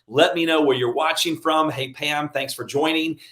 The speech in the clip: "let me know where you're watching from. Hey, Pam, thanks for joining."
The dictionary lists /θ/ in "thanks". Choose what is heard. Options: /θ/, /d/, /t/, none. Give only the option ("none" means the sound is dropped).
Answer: /θ/